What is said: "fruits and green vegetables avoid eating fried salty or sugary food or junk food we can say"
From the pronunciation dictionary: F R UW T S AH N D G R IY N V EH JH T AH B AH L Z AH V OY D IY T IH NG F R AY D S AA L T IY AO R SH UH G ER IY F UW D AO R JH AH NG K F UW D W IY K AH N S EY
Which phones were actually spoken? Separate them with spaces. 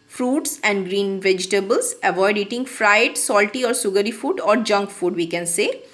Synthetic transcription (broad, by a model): F R UW T S AH N D G R IY N V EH JH T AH B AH L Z AH V OY D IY T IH NG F R AY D S AA L T IY AO R S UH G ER IY F UW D AO R JH AH NG K F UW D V IY K AH N S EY